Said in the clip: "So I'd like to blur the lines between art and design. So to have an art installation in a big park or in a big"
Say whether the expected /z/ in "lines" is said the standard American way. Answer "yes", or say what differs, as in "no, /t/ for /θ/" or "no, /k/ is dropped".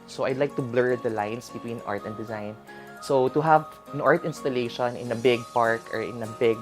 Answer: no, /s/ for /z/